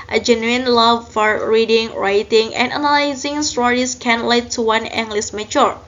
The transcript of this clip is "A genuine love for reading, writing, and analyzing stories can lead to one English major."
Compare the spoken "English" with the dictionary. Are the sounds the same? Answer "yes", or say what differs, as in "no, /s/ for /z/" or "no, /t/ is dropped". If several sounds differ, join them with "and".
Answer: no, /s/ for /ʃ/